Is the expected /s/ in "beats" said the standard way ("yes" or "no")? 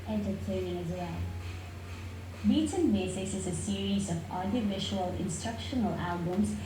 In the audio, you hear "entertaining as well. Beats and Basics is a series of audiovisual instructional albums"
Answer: no